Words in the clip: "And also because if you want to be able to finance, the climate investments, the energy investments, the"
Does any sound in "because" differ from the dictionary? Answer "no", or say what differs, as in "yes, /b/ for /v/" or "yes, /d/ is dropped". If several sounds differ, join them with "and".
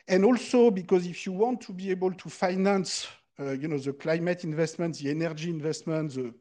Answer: no